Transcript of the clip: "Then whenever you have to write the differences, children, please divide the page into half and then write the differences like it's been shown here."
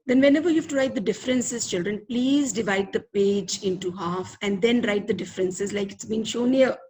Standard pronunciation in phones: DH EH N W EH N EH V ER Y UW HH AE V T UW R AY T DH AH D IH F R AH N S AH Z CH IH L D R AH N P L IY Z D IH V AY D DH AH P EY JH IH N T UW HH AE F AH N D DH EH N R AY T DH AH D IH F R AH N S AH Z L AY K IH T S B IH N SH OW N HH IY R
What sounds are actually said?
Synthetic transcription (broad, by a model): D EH N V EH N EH V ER Y UW HH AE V T UW R AY T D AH D IH F R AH N S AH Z CH IH L D R AH N P L IY Z D IH V AY D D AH P EY JH IH N T UW HH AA F AH N D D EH N R AY T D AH D IH F R AH N S AH Z L AY K IH T S B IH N SH OW N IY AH